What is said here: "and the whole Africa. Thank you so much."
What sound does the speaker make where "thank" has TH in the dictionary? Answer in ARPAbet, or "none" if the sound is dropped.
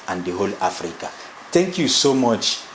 T